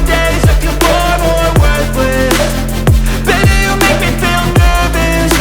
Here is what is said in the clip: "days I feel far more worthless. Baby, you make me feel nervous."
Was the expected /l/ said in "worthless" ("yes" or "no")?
no